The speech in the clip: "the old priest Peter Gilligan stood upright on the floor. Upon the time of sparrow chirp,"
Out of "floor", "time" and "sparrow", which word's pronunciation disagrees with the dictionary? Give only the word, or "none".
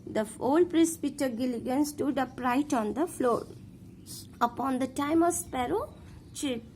none